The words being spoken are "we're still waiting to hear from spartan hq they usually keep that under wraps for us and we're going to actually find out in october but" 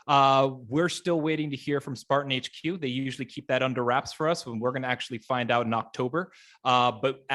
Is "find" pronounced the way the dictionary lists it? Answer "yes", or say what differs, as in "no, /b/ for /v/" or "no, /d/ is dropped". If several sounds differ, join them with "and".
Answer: yes